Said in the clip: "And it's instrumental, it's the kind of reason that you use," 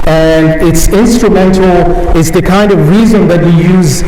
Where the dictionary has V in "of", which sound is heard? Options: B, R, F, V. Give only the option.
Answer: V